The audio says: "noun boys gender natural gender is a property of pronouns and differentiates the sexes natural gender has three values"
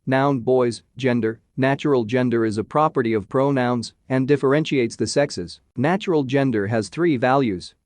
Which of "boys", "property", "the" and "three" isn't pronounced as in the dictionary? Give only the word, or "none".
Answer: none